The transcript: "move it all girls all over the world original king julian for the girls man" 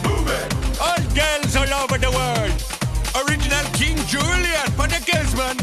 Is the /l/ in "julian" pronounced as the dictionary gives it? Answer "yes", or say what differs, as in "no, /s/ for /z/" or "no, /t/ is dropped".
yes